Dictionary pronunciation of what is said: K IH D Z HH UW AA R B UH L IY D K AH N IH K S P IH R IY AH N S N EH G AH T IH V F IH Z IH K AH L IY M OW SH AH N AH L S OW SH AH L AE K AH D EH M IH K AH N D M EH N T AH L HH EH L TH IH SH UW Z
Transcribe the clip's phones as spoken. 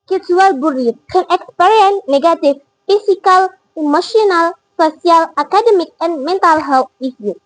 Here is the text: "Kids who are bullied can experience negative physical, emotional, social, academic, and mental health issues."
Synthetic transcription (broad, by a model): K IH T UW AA L B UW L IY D K AH N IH K S P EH R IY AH N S N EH G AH T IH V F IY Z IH K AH L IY M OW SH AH N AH L S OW S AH L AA K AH D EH M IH K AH N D M EH N T AH L HH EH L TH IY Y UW